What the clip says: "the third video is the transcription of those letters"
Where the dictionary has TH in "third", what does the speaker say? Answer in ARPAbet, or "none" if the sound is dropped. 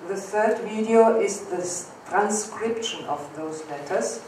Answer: TH